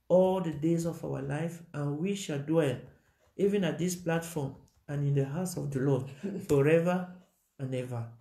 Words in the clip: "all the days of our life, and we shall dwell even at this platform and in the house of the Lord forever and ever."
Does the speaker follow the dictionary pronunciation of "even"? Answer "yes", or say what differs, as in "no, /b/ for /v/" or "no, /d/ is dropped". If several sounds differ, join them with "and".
yes